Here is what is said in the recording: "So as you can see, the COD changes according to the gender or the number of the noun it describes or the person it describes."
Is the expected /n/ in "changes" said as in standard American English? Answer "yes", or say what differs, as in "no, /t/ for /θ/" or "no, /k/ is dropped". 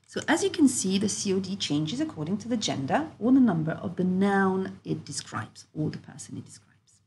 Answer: yes